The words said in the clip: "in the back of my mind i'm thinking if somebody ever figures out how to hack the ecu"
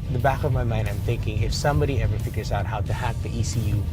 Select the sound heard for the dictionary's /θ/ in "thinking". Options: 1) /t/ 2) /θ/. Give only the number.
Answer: 2